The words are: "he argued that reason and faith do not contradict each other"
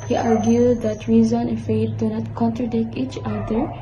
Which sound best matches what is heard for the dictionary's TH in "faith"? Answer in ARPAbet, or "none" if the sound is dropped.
T